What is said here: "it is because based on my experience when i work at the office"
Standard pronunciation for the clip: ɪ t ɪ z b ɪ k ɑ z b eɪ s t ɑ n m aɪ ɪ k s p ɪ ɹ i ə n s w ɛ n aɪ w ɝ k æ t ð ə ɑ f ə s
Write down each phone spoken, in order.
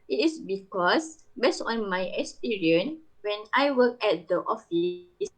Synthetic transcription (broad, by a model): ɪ t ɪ s b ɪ k ɑ s b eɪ s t ɑ n m aɪ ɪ k s p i ɹ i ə n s w ɛ n aɪ w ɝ k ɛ t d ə ɑ f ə s